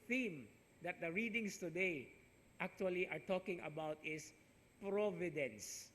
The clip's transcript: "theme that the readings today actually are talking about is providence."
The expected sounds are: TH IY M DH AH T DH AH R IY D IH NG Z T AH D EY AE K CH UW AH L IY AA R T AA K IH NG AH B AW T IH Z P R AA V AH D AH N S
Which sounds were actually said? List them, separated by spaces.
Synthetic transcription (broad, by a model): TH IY M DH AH T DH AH R IY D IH NG S T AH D EY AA K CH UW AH L IY AA R T AA K IH NG AH B AW T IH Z P R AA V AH D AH N S